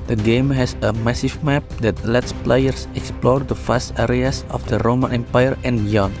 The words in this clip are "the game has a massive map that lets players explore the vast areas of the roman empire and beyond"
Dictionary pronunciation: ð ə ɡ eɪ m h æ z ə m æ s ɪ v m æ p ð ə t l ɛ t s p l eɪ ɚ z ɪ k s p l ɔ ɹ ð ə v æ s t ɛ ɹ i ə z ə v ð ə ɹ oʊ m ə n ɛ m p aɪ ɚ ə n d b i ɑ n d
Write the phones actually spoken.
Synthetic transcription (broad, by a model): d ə ɡ eɪ m h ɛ s ə m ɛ s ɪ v m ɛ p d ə t l ɛ t s p l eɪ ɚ s ɪ k s p l ɔ ɹ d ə f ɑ s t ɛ ɹ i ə s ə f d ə ɹ oʊ m ə n ɛ m p aɪ ɚ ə n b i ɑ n